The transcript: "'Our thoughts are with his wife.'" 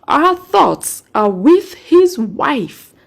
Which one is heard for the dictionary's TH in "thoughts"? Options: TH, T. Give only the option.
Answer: TH